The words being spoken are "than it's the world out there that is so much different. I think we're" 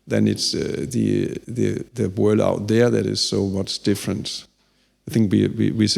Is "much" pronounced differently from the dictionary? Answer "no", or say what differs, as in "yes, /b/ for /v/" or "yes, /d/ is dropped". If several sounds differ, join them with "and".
yes, /s/ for /tʃ/